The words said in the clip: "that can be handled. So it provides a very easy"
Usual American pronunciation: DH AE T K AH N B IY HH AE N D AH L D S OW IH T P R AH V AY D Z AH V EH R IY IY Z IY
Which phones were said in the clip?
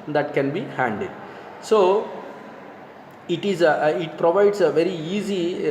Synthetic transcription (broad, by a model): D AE T K AH N B IY HH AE N D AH D S OW IH T P R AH V AY D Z AH V EH R IY IY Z IY